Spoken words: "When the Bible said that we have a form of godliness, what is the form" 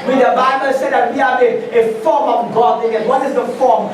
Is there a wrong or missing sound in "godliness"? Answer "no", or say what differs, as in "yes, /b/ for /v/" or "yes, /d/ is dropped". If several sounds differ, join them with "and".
yes, /l/ is dropped